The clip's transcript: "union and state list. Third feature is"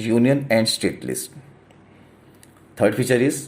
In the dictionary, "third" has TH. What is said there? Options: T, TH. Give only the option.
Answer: T